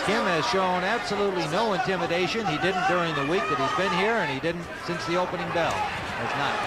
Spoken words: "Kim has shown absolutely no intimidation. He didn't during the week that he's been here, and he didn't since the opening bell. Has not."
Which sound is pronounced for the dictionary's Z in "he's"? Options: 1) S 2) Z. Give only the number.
2